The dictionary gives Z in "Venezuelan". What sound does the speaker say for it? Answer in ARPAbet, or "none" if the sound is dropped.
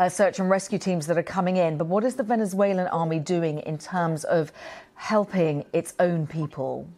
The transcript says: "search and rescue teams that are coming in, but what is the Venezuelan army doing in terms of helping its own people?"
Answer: Z